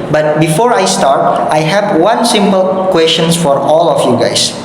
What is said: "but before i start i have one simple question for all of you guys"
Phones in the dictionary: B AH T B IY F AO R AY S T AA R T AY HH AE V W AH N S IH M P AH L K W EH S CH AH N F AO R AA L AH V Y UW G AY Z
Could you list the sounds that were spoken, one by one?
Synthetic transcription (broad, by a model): B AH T B IY F AO R AY S T AA R T AY HH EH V W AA N S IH M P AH L K W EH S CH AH N F AO R AA L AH F Y UW G AY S